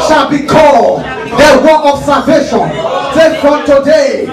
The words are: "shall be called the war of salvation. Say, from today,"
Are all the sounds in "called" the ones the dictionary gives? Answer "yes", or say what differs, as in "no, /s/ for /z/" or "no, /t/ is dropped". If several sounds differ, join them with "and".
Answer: no, /l/ is dropped